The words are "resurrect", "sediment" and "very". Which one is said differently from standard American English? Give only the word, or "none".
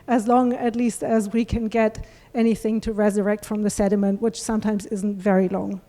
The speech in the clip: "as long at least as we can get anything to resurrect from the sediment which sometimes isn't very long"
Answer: none